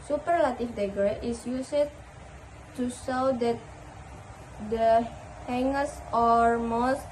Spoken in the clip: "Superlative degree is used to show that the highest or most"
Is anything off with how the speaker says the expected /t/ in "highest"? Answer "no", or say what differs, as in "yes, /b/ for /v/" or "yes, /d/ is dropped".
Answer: yes, /t/ is dropped